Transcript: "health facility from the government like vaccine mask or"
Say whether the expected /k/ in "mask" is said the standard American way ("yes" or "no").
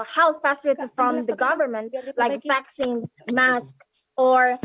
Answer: yes